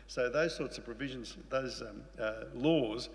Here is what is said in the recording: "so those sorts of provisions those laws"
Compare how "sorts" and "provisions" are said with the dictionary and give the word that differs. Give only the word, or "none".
none